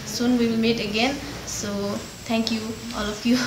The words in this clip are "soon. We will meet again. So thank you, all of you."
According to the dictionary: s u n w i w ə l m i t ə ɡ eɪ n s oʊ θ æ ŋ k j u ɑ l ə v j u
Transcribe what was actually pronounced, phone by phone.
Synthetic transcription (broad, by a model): s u n w i w ə l m i t ə ɡ eɪ n s oʊ t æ ŋ k j u ɑ l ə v j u